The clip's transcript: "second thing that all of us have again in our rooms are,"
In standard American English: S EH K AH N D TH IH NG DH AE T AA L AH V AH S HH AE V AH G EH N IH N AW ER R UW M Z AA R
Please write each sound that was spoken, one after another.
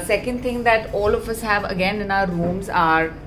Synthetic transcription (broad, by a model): S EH K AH N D T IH NG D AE T AA L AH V AH S HH AE V AH G EH N IH N AW ER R UW M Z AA R